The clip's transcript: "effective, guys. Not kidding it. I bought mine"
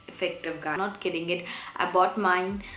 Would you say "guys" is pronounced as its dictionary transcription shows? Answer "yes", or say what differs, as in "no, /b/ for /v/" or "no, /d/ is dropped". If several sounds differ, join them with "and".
no, /z/ is dropped